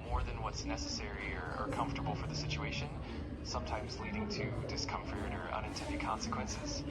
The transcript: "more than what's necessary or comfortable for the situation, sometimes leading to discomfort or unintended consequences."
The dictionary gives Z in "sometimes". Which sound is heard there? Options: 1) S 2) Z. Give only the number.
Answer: 2